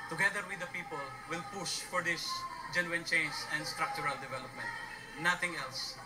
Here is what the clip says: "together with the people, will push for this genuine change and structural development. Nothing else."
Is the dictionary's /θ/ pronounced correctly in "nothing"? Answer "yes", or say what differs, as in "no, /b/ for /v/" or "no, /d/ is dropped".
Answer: no, /t/ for /θ/